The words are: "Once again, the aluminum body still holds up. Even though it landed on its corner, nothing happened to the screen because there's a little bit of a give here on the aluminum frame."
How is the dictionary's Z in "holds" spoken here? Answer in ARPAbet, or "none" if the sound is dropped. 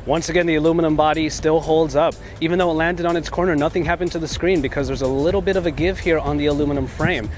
Z